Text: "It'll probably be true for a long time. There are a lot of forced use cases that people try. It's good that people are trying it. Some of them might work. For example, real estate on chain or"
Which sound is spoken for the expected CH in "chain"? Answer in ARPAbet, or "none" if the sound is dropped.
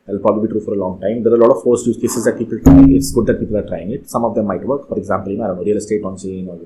S